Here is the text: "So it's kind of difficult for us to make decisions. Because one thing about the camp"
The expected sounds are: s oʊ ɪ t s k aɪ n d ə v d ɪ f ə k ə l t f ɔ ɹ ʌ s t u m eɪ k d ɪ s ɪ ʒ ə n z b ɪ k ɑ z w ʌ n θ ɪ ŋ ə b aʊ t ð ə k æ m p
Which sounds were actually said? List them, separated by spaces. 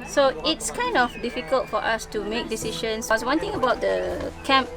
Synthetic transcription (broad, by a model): s oʊ ɪ t s k aɪ n d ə f d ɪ f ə k ə l t f ɔ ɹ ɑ s t u m eɪ k d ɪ s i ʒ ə n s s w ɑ n t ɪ ŋ ə b aʊ t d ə k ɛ m p